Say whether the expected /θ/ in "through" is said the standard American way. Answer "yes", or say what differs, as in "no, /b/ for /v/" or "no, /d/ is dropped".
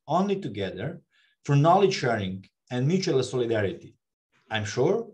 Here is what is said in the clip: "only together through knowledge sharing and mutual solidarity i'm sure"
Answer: no, /f/ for /θ/